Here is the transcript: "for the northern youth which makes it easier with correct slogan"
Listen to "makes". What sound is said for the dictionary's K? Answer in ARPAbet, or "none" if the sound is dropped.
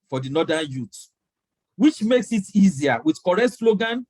K